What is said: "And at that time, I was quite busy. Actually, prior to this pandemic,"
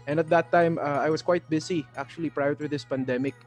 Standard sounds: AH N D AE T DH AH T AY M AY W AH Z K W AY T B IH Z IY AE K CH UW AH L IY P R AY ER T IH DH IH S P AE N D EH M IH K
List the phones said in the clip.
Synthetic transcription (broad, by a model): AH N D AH T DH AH T AY M AY W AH S K W AY T B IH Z IY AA K CH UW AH L IY P R AY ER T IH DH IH S P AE N D EH M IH K